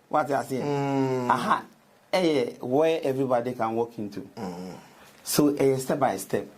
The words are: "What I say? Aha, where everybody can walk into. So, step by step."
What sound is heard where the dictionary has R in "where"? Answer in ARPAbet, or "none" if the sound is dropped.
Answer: W